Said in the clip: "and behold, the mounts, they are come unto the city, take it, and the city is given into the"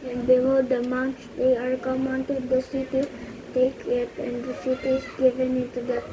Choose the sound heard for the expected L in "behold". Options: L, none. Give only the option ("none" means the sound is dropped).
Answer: none